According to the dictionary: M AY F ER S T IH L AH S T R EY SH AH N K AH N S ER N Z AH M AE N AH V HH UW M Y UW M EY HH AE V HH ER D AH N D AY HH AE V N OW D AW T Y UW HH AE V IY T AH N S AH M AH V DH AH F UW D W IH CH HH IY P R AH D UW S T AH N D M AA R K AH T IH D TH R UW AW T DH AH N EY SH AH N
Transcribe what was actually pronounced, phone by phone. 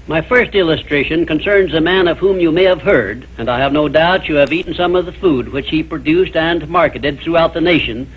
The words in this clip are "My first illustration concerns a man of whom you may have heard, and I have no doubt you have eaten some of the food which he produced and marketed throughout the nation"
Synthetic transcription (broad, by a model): M AY F ER S T IH L AH S T R EY SH AH N K AH N S ER N Z AH M AE N AH V HH UW M Y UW M EY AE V HH ER D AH N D AY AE V N OW D AW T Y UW V IY T N S AH M AH V DH AH F UW D W IH CH HH IY P R AH D UW S T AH N M AA R K AH T IH D TH R UW AW T DH AH N EY SH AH N